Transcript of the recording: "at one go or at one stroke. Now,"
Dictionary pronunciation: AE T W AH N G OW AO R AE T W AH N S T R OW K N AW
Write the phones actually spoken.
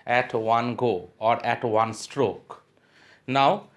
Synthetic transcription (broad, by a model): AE T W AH N G OW AO R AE T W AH N S T R OW K N AW